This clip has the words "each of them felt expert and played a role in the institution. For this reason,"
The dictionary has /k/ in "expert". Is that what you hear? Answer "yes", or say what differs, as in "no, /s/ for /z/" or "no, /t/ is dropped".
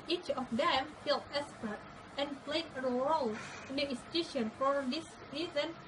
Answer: no, /k/ is dropped